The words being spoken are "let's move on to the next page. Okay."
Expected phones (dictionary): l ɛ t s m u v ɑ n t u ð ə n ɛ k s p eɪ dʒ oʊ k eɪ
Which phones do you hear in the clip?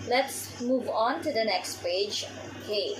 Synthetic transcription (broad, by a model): l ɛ t s m u v ɑ n t u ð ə n ɛ k s p eɪ dʒ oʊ k eɪ